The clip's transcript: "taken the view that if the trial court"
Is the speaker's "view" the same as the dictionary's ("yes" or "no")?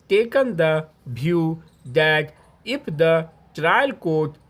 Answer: no